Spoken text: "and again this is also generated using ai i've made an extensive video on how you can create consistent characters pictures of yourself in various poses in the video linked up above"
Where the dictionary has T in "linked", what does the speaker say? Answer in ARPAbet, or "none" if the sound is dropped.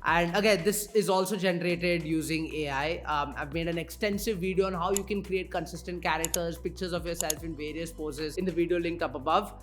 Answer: none